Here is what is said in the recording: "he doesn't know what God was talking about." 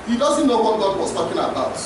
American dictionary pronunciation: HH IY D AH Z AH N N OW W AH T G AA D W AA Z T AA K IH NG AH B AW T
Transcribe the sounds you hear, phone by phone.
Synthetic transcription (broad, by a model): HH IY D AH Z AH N N OW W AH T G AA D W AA S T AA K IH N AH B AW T